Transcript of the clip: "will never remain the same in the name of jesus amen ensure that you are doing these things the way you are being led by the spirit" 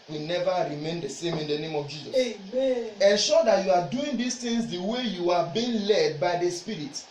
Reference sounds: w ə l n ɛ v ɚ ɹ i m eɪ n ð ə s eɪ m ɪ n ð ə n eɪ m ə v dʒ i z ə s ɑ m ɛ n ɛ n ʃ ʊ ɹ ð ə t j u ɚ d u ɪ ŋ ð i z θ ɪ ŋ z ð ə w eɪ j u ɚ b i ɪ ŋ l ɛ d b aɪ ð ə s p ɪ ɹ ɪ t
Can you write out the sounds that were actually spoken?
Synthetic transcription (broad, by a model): w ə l n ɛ v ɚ ɹ i m eɪ n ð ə s eɪ m ɪ n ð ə n eɪ m ə v dʒ i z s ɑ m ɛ ɛ n ʃ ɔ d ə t j u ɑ d u ɪ ŋ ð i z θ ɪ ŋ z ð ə w eɪ j u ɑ b i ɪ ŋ l ɛ d b aɪ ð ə s p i ɹ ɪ t